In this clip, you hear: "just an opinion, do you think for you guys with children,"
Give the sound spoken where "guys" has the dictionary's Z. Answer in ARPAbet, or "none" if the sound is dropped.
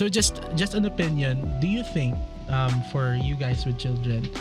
S